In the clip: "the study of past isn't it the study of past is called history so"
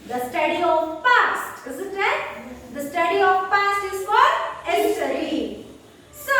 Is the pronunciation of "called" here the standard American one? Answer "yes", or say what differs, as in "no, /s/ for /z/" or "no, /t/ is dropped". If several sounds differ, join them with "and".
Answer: no, /l/ is dropped